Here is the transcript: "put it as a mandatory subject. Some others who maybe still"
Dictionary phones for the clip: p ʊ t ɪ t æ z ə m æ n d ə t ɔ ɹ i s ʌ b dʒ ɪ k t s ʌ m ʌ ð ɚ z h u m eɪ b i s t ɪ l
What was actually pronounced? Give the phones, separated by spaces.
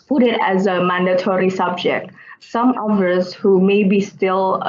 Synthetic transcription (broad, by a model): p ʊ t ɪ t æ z ə m æ n d ə t ɔ ɹ i s ʌ b dʒ ɪ k t s ʌ m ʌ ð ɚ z h u m eɪ b i s t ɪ l